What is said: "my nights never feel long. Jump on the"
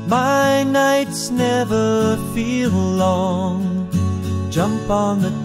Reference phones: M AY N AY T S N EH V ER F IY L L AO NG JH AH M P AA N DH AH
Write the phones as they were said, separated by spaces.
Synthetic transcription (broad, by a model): M AY N AY T S N EH V ER F IY L L AO NG JH AH M P N DH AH